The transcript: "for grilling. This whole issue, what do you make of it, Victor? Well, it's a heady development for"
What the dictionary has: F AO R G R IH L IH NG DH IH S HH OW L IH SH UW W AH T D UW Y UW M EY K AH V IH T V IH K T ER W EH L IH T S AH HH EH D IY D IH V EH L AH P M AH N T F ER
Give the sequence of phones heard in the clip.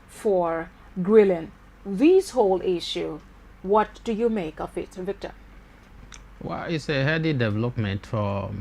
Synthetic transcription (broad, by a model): F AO R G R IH L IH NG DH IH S HH OW L IH SH UW W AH T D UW Y UW M EY K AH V IH T V IH K T ER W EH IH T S AH HH EH D IY D IH V EH L AH P M AH N T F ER